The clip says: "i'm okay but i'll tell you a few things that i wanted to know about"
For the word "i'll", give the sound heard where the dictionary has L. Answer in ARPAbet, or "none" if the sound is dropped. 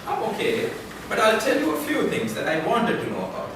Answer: L